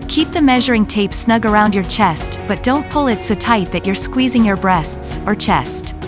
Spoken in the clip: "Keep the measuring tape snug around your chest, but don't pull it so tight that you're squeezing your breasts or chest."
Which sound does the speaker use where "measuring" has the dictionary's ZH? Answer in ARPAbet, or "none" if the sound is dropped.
ZH